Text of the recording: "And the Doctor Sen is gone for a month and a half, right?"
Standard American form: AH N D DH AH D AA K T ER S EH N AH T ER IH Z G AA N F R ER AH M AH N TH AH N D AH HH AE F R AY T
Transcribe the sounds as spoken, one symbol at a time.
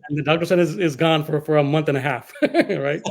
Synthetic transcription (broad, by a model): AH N DH AH D AA K T ER S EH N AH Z IH Z G AA N F R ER AH M AH N TH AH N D AH HH AE F R AY T